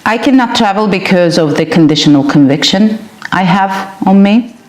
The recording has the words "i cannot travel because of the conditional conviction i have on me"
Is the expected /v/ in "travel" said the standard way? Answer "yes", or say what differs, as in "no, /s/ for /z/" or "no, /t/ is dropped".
yes